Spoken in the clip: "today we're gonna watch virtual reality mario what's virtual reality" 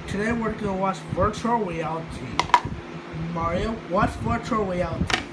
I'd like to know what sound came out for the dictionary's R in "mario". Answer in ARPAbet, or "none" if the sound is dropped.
R